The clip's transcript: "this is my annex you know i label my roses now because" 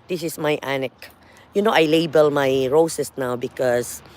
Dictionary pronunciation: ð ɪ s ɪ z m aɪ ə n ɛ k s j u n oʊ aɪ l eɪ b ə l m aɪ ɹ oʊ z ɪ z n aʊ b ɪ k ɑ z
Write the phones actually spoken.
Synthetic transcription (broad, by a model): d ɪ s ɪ s m aɪ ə n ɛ k j u n oʊ aɪ l eɪ b ə l m aɪ ɹ oʊ s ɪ s n aʊ b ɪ k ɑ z